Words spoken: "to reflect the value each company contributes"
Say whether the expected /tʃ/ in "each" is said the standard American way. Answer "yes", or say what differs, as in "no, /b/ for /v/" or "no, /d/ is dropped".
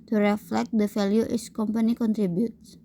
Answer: no, /s/ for /tʃ/